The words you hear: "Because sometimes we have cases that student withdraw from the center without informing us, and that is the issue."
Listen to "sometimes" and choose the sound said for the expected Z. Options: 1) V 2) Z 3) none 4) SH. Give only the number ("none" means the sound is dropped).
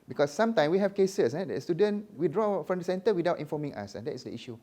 3